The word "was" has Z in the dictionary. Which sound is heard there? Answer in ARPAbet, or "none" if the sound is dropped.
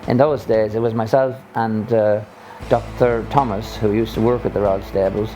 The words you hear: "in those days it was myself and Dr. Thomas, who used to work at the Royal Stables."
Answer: Z